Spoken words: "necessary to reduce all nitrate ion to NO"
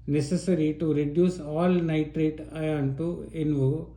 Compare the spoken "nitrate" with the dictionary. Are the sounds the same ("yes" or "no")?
yes